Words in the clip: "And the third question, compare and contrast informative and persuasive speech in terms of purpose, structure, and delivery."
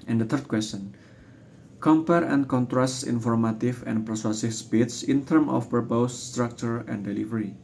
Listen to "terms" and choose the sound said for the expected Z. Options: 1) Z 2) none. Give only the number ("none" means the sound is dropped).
2